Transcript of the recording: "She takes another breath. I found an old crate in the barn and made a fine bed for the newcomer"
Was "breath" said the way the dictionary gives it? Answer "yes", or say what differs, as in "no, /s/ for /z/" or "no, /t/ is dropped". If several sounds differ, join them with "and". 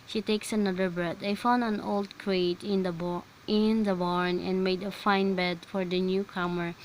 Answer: no, /t/ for /θ/